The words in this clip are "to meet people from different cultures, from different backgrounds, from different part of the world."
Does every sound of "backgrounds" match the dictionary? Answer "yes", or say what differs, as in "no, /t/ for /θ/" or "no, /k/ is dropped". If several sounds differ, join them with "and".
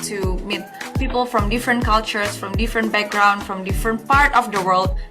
no, /z/ is dropped